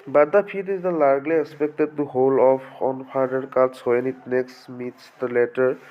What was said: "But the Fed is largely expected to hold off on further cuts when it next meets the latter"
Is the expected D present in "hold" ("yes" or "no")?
no